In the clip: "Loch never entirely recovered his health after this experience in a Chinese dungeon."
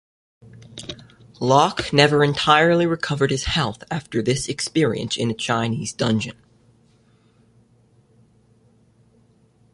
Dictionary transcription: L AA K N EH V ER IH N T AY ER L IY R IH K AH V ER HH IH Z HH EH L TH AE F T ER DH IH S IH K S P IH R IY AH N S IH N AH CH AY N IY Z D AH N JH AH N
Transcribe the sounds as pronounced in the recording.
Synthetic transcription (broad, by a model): L AA K N EH V ER IH N T AY ER L IY R IH K AH V ER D IH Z HH EH L TH AE F T ER DH IH S IH K S P IH R IY AH N S IH N AH CH AY N IY Z D AH N JH AH N